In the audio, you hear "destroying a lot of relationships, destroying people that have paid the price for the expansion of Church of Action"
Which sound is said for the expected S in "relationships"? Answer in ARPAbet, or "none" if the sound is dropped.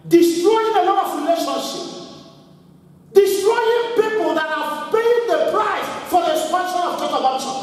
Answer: none